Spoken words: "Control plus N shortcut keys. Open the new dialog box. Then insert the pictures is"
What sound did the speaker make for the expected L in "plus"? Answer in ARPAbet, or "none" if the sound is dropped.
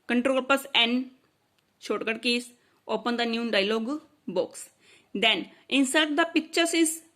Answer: none